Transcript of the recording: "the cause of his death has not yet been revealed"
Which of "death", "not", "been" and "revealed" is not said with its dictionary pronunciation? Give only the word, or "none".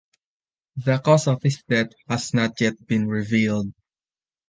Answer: death